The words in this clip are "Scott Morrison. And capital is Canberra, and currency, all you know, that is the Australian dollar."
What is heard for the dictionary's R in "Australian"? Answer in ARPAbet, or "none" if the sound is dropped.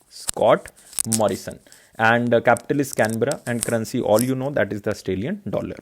none